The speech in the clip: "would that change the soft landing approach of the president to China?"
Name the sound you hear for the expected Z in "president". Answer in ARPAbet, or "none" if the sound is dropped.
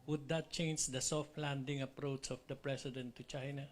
S